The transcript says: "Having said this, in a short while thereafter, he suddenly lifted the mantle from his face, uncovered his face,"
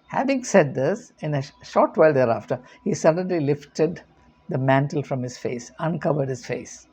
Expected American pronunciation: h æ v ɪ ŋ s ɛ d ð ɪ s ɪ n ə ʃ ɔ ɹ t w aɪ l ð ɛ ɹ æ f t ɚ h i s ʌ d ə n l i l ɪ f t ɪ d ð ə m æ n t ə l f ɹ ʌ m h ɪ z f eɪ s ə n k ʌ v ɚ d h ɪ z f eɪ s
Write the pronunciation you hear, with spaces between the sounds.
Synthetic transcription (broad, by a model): h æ v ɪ ŋ s ɛ d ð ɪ s ɪ n ə ʃ ɔ ɹ t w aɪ l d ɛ ɹ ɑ f t ɚ h i s ʌ d ə n l i l ɪ f t ɪ d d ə m æ n t ə l f ɹ ʌ m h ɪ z f eɪ s ə n k ʌ v ɚ d h ɪ z f eɪ s